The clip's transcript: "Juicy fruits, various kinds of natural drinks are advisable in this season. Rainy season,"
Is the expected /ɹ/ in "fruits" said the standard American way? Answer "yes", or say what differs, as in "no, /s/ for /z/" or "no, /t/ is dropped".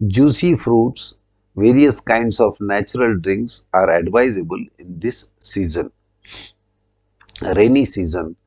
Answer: yes